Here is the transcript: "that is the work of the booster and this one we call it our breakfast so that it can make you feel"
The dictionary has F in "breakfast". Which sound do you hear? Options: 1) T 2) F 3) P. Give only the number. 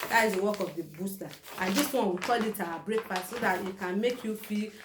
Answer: 3